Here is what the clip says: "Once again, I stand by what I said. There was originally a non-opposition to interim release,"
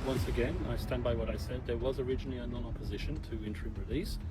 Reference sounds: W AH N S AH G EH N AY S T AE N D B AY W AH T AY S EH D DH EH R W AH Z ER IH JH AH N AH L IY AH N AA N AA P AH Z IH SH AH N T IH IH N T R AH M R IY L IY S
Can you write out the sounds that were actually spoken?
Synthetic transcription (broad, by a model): W AH N S AH G EH N AY S T AE N D B AY W AH T AY S EH D DH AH R W AH Z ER IH JH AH N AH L IY AH N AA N AA P AH Z IH SH AH N T IH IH N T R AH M R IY L IY S